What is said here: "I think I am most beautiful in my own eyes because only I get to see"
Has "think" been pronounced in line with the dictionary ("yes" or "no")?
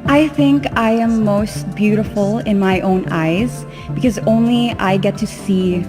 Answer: yes